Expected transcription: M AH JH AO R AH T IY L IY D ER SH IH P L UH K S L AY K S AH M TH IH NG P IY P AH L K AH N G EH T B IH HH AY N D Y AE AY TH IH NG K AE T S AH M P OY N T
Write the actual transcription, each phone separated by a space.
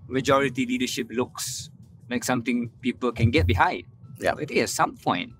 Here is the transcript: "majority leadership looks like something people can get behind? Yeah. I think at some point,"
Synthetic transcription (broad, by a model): M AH JH AO R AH T IY L IY D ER SH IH P L UH K S L AY K S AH M T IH NG P IY P AH L K AH N G EH T B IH HH AY D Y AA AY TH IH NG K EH T S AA M P OY N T